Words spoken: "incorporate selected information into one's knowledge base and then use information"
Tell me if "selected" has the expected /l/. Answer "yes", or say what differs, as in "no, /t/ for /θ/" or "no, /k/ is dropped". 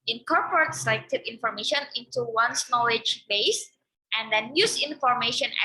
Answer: no, /l/ is dropped